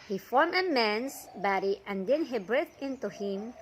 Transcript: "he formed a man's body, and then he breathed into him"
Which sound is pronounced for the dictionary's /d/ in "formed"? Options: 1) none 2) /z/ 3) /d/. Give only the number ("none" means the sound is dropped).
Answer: 1